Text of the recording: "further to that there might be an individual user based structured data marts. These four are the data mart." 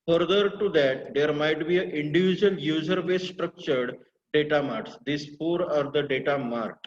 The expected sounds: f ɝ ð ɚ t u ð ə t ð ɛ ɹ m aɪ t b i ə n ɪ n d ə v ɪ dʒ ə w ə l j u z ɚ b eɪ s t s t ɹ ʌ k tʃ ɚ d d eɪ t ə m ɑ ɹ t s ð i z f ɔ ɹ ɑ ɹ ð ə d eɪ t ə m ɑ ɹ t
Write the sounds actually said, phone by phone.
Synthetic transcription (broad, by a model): f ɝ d ɚ t u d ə t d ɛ ɹ m aɪ t b i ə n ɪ n d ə v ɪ dʒ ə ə l j u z ɚ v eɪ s s t ɹ ʌ k tʃ ɚ d d eɪ t ə m ɑ ɹ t s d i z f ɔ ɹ ɑ ɹ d ə d eɪ t ə m ɑ ɹ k